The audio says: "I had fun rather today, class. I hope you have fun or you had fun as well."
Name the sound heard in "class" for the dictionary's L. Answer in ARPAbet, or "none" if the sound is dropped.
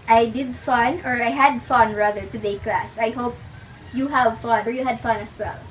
L